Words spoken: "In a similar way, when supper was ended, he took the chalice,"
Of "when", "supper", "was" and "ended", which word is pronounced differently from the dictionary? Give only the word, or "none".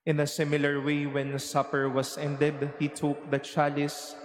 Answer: was